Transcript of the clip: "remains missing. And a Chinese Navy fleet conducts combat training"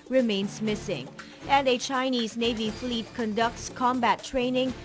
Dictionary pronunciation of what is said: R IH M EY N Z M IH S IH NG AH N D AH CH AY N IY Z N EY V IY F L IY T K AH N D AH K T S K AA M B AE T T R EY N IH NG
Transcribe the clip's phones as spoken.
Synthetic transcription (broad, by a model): R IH M EY N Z M IH S IH NG AH N D AH CH AY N IY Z N EY V IY F L IY T K AH N D AH K T S K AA M B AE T T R EY N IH NG